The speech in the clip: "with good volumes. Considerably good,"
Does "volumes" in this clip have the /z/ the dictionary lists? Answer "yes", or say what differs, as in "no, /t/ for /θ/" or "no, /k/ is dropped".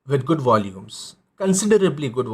no, /s/ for /z/